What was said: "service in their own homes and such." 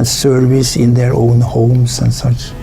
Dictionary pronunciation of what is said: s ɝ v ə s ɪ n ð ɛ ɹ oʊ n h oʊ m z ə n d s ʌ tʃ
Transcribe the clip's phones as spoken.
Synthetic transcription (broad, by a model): s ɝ v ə s ɪ n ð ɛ ɹ oʊ n h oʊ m s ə n s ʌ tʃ